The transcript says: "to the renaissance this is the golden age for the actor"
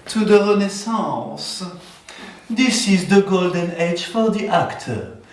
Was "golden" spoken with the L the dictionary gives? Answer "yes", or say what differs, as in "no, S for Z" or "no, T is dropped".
yes